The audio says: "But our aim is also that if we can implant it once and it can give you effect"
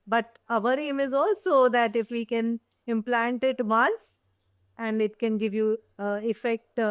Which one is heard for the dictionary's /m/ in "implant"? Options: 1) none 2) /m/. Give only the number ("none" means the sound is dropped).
2